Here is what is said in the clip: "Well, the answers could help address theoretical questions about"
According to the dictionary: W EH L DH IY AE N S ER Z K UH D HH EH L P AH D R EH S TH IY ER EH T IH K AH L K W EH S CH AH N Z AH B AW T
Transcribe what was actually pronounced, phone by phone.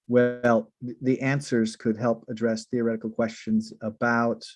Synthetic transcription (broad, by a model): W EH L DH IY AE N S ER Z K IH D HH EH L P AH D R EH S TH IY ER EH T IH K L K W EH S CH AH N Z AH B AW T